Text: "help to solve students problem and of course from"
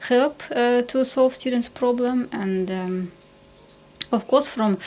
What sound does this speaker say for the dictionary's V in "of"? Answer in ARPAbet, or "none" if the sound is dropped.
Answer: F